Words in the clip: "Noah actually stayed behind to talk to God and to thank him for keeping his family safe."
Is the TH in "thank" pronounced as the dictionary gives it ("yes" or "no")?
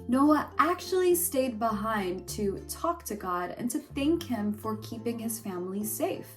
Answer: yes